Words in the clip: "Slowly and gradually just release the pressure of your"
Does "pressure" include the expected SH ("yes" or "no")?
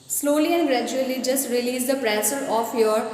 no